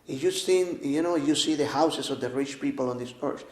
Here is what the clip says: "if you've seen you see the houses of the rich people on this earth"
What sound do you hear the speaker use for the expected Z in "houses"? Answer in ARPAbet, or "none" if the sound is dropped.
S